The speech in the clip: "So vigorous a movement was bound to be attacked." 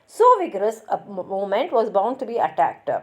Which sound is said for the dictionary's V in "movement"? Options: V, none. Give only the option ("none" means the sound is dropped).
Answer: none